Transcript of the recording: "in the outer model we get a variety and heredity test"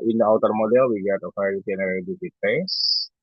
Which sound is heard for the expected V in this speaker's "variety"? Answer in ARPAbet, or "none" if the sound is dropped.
F